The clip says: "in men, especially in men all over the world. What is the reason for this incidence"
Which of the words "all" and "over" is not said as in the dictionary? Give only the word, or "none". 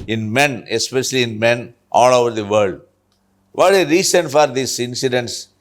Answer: none